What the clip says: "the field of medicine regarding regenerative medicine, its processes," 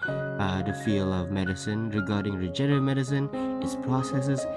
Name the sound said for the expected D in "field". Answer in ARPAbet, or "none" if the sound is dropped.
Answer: none